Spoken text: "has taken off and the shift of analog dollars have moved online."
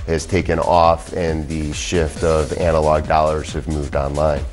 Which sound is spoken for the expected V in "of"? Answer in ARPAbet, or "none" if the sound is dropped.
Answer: V